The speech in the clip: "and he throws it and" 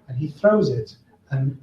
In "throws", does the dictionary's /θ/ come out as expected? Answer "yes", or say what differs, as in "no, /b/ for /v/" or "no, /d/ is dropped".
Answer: yes